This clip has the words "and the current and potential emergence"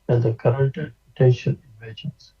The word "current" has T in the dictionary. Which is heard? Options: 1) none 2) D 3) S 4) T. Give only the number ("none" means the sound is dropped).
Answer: 4